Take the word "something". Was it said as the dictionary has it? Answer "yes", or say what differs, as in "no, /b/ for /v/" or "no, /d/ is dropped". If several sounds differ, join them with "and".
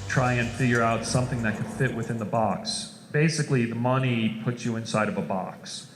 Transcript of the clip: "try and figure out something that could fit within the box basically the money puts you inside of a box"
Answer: yes